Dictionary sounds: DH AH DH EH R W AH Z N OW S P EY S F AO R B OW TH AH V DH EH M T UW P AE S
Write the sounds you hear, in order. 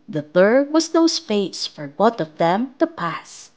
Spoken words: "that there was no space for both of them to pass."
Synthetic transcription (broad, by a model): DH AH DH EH R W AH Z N OW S F EY S F AO R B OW T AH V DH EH M T UW P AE S